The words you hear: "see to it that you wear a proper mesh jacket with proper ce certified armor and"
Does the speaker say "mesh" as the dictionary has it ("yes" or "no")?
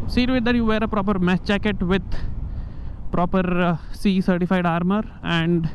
no